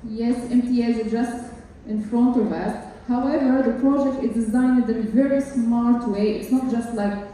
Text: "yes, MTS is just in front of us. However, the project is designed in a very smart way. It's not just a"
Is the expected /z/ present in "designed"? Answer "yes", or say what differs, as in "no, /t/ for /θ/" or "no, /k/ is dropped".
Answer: yes